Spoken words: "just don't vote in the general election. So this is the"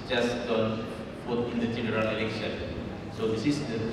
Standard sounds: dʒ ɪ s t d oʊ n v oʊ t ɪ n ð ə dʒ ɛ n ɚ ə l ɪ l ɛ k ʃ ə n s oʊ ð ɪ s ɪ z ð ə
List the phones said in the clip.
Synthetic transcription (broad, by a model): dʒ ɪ s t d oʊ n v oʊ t ɪ n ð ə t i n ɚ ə n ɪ l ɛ k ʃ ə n s oʊ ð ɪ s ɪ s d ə